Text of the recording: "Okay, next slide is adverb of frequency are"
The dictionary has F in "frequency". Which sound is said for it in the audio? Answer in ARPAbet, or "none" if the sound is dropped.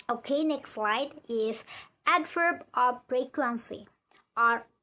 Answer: P